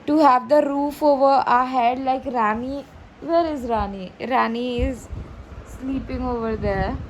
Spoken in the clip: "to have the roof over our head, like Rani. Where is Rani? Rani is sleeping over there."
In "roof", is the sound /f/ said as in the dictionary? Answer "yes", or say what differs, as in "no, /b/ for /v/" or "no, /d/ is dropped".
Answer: yes